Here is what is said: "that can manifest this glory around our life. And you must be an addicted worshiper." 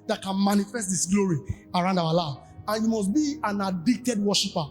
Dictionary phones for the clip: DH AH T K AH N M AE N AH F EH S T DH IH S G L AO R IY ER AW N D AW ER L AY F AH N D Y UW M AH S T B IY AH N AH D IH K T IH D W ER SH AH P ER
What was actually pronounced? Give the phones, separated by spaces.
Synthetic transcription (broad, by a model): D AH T K AH N M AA N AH F EH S T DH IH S G L AO R IY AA AW N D AW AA L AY AH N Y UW M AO S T B IY AH N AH D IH K T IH D W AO SH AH P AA